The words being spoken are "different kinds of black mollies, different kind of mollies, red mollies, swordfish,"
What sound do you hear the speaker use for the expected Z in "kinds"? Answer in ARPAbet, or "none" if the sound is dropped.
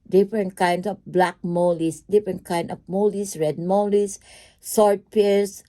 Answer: S